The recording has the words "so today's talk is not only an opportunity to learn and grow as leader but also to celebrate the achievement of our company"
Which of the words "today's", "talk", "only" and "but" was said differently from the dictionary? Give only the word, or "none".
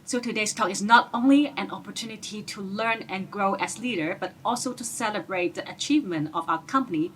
today's